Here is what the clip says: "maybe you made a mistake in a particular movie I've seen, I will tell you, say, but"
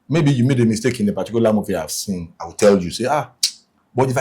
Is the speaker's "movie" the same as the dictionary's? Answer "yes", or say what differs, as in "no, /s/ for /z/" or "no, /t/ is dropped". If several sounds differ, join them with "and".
no, /f/ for /v/